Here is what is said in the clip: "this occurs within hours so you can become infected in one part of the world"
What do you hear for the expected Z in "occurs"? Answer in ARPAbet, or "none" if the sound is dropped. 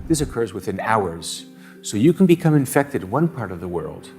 Z